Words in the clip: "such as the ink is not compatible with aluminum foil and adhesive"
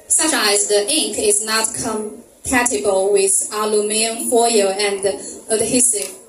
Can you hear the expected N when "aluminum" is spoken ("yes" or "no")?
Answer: no